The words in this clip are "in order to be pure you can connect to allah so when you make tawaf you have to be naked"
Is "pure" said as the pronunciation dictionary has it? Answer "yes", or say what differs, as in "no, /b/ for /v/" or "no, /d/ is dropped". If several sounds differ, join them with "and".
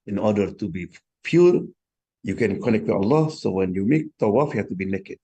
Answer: no, /f/ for /p/